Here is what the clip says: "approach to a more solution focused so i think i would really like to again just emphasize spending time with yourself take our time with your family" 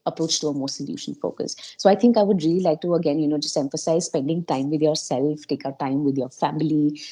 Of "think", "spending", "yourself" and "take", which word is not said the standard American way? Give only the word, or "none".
think